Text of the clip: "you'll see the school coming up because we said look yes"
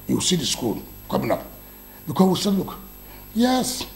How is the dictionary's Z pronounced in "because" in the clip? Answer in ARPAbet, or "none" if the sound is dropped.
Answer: none